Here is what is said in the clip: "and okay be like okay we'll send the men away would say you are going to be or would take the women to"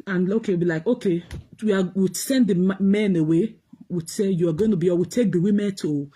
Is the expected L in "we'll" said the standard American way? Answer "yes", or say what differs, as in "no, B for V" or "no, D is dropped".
no, W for L